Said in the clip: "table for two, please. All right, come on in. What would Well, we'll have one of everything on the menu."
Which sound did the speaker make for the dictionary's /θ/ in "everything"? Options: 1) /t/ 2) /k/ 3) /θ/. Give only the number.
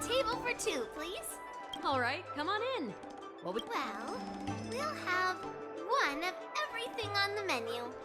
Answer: 3